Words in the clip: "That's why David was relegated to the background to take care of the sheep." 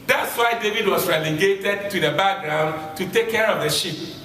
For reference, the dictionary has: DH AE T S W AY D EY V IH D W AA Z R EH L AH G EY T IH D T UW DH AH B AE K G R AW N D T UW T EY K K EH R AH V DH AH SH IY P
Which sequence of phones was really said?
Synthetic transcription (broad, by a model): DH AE T S W AY D EY V IH D W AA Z R EH L AH G EY T IH D T UW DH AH B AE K G R AW N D T UW T EY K K EH R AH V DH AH SH IY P